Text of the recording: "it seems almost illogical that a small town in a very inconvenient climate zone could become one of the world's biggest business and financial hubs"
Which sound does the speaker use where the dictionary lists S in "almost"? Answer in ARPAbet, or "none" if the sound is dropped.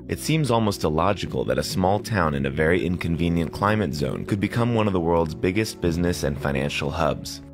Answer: S